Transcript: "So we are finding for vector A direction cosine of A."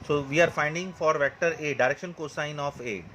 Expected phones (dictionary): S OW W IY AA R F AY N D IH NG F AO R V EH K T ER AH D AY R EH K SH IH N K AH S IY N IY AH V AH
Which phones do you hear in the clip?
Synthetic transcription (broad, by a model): S OW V IY AA R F AY N D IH NG F AO R V EH K T ER AH D AY R EH K SH IH N K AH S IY N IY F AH